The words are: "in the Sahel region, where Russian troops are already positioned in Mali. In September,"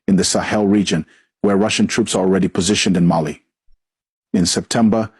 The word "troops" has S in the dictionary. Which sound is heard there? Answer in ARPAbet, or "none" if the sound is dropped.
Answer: S